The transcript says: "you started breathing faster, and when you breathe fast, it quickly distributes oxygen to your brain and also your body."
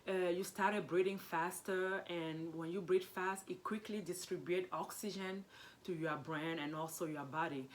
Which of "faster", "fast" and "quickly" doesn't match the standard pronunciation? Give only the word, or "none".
none